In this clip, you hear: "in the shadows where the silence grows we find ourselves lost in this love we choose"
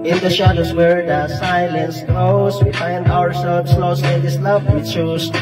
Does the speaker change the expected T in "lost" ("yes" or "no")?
yes